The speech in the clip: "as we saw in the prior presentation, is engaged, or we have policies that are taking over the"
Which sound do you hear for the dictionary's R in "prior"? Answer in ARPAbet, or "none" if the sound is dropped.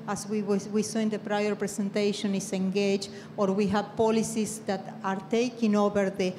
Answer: R